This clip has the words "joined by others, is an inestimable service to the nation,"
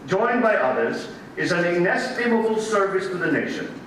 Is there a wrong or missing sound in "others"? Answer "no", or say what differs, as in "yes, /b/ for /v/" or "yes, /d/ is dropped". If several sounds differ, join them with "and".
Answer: no